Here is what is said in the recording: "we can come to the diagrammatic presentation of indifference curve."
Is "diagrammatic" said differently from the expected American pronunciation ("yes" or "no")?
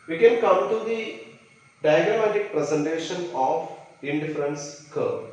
yes